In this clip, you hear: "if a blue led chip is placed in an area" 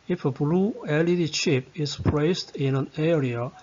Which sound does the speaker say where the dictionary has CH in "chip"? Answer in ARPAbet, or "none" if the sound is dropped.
SH